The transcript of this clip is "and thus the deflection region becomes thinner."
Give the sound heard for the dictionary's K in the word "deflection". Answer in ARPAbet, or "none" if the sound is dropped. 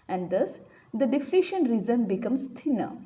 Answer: none